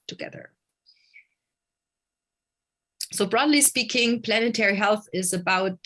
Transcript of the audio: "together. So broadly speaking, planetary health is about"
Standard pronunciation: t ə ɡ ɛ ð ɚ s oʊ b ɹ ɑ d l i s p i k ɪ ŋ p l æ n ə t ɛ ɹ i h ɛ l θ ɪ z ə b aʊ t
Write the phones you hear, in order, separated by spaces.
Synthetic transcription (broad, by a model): t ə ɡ ɛ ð ɚ s oʊ b ɹ ɑ d l i s p i k ɪ ŋ p l æ n ə t ɛ ɹ i h ɛ l θ ɪ z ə b aʊ t